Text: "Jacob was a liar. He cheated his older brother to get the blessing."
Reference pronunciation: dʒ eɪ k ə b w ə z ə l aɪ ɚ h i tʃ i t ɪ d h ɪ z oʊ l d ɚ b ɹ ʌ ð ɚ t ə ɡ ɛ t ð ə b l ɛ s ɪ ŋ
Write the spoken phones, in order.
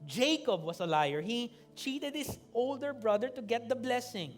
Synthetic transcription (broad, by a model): dʒ eɪ k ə b w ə s ə l aɪ ɚ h i tʃ i t ɪ d h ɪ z oʊ l d ɚ b ɹ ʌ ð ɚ t ə ɡ ɛ t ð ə b l ɛ s ɪ ŋ